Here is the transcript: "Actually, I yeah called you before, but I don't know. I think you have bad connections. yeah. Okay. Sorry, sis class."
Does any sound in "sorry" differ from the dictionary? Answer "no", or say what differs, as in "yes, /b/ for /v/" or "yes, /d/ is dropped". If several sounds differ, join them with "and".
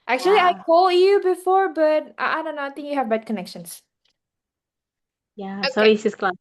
yes, /ɹ/ is dropped